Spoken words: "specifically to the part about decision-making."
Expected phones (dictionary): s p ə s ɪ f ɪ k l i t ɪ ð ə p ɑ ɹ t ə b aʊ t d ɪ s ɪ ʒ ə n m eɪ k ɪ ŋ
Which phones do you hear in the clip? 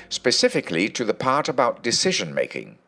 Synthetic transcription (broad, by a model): s p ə s ɪ f ɪ k l i t ɪ ð ə p ɑ ɹ t ə b aʊ t d ɪ s ɪ ʒ ə n m eɪ k ɪ ŋ